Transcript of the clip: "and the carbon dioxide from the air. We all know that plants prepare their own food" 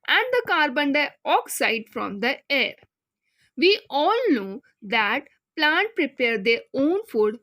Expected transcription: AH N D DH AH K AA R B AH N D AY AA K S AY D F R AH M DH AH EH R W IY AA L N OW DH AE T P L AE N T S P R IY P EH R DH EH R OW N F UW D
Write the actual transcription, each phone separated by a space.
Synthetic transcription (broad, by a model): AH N D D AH K AA R B AH N D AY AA K S AY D F R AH M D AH EH R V IY AA L N OW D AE T P L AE N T P R IY P EH R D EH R OW N F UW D